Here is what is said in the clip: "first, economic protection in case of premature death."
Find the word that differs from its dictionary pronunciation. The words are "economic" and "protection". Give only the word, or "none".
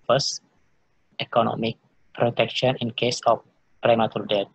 none